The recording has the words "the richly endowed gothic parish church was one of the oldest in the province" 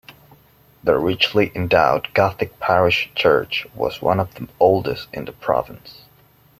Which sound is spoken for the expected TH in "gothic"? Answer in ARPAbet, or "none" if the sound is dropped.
TH